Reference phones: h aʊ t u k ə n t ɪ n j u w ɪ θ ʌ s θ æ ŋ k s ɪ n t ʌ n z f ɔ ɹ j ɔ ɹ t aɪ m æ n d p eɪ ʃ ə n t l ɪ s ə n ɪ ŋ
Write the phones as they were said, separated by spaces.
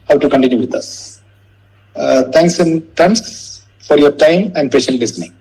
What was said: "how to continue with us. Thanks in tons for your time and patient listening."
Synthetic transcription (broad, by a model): h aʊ t u k ə n t ɪ n j u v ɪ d ʌ s t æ ŋ k s ɪ n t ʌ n s f ɔ ɹ j ɔ ɹ t aɪ m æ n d p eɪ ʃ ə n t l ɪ s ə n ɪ ŋ